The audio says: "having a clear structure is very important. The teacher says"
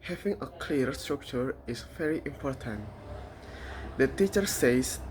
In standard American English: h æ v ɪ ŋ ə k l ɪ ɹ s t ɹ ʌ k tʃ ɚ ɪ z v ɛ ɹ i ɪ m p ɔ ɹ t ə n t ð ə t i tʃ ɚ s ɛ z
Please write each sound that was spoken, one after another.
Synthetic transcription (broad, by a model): h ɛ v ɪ ŋ ə k l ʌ ɹ s t ɹ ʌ k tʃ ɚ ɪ s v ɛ ɹ i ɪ m p ɔ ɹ t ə n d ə t i tʃ ɚ s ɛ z